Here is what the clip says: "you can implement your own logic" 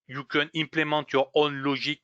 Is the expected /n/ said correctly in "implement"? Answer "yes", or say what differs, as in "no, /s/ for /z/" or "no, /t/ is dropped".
no, /n/ is dropped